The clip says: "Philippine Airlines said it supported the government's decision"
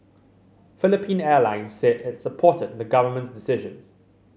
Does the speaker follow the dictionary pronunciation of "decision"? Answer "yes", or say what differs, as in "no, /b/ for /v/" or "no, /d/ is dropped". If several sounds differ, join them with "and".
yes